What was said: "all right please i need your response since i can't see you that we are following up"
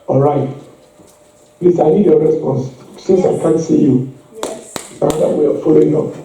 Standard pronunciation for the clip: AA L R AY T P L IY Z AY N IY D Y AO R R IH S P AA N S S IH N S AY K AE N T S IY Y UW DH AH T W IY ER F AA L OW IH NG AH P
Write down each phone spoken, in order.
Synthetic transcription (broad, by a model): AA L R AY T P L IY S AY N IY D Y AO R R IH S P AA N S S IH S AY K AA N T S IY Y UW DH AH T W IY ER F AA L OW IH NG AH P